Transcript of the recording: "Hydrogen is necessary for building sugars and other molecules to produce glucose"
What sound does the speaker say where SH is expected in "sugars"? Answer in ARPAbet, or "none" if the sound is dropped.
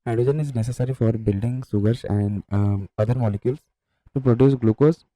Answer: S